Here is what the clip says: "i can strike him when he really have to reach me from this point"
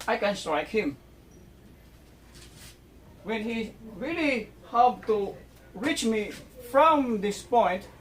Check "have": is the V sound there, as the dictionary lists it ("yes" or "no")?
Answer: no